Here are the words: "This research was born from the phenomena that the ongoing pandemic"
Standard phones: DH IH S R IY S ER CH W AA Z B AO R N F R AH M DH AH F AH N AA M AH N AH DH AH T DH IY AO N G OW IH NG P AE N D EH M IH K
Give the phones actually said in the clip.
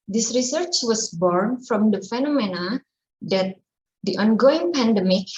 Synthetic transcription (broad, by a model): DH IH S R IY S ER CH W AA S B AO R N F R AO M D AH F AH N AA M AH N AH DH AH T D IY AO N G OW IH NG P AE N D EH M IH K